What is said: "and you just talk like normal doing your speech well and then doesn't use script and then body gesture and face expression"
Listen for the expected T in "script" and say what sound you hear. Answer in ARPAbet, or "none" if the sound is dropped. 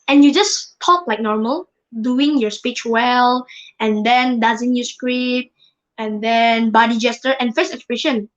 none